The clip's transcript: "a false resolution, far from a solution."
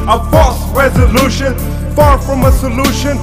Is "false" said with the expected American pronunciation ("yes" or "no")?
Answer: no